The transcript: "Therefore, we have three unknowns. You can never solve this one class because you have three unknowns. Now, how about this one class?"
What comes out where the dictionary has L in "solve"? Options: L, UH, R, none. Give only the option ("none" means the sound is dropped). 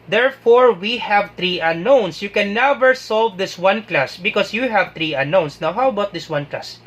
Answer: L